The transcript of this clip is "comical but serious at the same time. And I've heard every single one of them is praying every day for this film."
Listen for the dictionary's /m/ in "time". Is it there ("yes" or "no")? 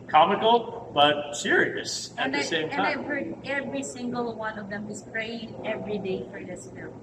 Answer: no